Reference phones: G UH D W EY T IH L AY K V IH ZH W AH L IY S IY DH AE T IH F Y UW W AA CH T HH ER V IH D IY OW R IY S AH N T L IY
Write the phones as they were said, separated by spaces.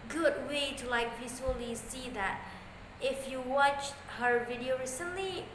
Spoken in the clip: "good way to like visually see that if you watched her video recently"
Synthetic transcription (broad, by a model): G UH D W EY T IH L AY K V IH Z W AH L IY S IY DH AE T IH F Y UW W AA CH T HH ER V IH D IY OW R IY S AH N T L IY